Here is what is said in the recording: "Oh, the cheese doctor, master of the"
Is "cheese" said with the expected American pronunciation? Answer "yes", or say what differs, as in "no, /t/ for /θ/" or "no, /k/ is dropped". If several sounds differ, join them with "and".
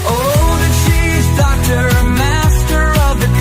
no, /ʃ/ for /tʃ/